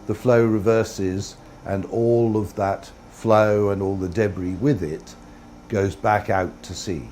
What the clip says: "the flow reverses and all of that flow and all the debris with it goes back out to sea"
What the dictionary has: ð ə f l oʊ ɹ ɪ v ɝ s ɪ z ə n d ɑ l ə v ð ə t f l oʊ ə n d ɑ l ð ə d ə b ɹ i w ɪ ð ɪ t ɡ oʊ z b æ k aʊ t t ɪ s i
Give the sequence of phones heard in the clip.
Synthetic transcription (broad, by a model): ð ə f l oʊ ɹ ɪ v ɝ s ɪ z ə n ɑ l ə v ð ə t f l oʊ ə n ɑ l ð ə d ə b ɹ i w ɪ ð ɪ t ɡ oʊ z b æ k aʊ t t ɪ s i